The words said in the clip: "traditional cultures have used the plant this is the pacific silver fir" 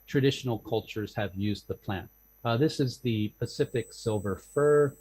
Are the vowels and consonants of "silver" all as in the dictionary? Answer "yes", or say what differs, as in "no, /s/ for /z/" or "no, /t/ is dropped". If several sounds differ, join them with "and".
yes